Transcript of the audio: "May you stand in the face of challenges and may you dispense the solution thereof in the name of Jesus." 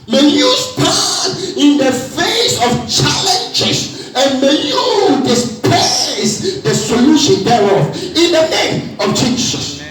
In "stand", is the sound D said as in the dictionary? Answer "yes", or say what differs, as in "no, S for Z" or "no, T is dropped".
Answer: no, D is dropped